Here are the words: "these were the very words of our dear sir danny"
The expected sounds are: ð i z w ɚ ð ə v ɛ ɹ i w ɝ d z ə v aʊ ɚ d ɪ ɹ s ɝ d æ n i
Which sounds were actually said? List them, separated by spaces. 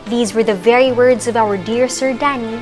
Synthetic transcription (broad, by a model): ð i z w ɚ ð ə v ɛ ɹ i w ɝ d z ə v aʊ ɚ d ɪ ɹ s ɝ d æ n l